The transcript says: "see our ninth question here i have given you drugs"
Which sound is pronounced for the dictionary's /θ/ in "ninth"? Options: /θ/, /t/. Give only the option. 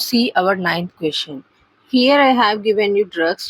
/t/